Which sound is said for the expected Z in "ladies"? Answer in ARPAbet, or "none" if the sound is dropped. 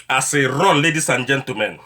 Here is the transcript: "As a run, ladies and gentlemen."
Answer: S